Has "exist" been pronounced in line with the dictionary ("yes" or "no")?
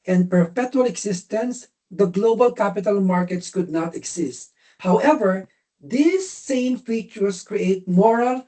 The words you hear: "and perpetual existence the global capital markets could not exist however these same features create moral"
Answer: no